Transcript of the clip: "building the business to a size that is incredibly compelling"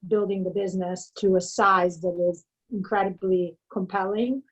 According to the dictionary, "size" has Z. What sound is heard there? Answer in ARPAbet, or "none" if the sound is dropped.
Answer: Z